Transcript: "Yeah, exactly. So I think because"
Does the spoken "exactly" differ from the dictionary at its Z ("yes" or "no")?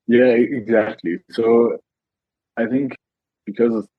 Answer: no